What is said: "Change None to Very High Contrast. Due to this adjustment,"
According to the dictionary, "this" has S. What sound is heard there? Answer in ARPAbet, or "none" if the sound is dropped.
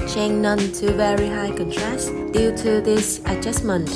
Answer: S